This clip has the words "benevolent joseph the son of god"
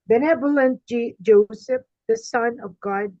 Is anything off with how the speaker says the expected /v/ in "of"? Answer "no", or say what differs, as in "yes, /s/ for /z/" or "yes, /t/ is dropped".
no